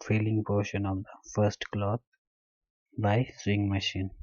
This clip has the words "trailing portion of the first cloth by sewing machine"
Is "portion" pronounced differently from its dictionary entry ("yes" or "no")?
no